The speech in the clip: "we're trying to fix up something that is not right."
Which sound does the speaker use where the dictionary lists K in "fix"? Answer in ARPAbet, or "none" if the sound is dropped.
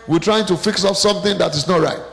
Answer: K